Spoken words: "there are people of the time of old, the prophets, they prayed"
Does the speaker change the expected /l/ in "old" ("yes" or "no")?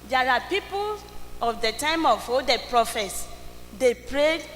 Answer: yes